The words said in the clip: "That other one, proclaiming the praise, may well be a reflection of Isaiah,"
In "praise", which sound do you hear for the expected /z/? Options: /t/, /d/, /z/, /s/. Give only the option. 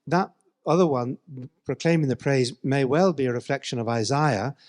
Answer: /z/